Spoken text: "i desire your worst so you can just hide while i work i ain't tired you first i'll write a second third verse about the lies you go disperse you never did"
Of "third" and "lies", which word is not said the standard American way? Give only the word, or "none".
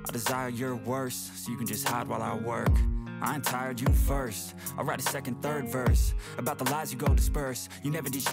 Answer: none